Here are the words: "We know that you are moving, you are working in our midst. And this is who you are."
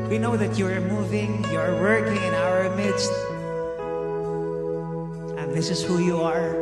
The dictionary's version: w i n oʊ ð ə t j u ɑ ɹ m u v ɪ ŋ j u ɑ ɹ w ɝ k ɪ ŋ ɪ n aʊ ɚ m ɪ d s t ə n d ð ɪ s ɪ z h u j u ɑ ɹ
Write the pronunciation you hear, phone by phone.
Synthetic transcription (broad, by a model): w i n oʊ ð ə t j u ɑ ɹ m u v ɪ ŋ j u ɑ ɹ w ɝ k ɪ ŋ ɪ n aʊ ɚ m ɪ d s t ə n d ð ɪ s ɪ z h u j u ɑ ɹ